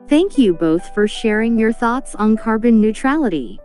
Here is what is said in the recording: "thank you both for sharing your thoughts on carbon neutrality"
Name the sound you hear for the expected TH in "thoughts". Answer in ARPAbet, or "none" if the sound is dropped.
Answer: TH